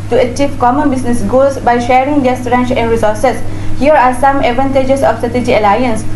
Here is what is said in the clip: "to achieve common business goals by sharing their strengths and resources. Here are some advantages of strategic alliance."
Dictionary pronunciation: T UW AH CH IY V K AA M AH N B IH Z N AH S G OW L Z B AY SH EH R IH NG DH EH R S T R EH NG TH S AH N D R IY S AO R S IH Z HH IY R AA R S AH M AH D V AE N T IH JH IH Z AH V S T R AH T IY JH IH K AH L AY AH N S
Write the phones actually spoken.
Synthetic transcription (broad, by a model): T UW AH CH IY V K AA M AH N B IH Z N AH S G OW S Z B AY SH EH R IH NG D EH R S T R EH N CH AH N D R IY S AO R S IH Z HH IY R AA R S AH M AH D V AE N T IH JH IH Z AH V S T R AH T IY JH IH AH L AY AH N S